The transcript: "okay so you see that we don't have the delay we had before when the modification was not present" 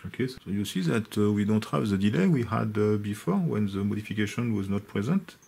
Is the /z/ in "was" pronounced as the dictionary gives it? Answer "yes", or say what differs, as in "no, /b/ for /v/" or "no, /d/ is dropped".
yes